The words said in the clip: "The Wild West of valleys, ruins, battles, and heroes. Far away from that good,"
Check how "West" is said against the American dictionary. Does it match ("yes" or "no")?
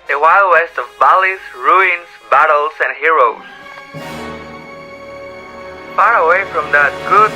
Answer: yes